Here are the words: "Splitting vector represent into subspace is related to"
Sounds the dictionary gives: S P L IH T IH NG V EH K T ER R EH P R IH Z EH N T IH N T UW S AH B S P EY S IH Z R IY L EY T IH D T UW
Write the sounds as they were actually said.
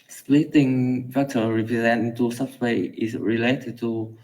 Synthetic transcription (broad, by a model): S P L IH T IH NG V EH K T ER R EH P R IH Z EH N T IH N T UW S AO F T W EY IH S R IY L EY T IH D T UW